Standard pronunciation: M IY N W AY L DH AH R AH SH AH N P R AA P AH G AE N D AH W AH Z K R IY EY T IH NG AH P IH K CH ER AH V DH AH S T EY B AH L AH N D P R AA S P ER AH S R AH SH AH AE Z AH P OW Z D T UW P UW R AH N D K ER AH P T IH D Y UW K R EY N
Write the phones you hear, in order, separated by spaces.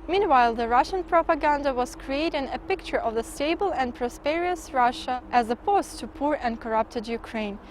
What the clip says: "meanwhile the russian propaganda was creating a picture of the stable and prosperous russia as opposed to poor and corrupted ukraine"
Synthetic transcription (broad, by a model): M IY N W AY L DH AH R AH SH AH N P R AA P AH G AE N D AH W AH Z K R IY EY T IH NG AH P IH K CH ER AH V DH AH S T EY B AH L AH N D P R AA S P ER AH S R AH SH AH AE Z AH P OW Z T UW P UW R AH N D K ER AH P T IH D Y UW K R EY N